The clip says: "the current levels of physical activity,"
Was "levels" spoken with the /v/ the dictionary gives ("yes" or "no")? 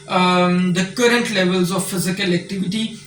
yes